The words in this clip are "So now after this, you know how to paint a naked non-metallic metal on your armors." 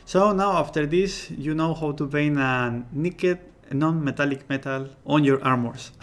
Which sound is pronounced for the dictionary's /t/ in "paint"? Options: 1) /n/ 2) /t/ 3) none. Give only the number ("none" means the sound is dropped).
3